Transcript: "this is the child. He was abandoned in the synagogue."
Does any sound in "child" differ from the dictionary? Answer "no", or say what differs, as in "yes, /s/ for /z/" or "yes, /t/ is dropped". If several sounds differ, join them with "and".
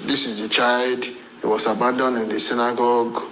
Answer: no